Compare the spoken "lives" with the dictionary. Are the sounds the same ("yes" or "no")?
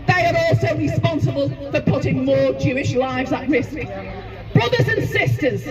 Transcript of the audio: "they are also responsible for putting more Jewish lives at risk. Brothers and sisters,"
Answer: yes